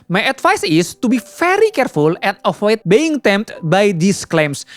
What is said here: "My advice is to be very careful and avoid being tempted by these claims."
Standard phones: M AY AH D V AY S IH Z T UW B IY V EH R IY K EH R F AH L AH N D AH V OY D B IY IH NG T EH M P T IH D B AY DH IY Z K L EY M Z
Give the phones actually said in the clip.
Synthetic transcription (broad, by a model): M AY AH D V AY S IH S T UW B IY F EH R IY K EH R F AH L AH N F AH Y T B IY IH NG T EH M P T B AY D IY S K L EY M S